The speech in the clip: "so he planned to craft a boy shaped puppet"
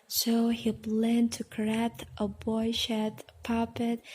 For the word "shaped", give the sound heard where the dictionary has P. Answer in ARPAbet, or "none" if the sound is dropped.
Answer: none